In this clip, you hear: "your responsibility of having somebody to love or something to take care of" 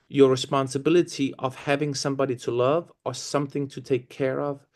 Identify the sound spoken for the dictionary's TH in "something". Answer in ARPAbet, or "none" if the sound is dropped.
TH